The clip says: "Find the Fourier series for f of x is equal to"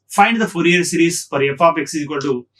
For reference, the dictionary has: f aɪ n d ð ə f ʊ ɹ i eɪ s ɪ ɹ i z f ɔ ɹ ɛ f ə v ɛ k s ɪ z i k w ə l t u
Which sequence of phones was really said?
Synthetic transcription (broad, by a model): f aɪ n d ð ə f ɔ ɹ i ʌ s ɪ ɹ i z f ɔ ɹ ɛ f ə p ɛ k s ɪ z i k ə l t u